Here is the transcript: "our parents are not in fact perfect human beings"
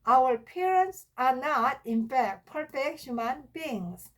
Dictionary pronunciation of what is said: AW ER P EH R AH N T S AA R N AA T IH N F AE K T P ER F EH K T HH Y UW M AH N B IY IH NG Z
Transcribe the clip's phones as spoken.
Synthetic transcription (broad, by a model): AW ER P EH R AH N T S AA R N AA T IH N F AE K T P ER F EH K T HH Y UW M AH N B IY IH NG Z